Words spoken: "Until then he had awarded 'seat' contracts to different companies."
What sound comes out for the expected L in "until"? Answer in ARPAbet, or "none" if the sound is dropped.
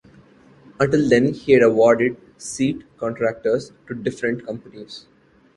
L